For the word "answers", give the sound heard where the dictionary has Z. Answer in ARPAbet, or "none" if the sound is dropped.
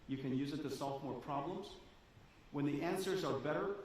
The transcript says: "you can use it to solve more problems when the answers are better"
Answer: Z